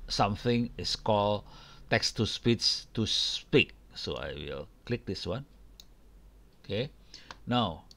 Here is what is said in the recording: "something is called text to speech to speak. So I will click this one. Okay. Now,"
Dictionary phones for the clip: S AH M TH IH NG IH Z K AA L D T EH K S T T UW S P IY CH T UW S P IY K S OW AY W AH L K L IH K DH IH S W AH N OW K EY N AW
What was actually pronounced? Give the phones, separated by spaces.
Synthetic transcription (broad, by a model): S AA M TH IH NG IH S K AA L T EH K S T T UW S P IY S T UW S P IY K S OW AY W AH L K L IH K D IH S W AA N OW K EY N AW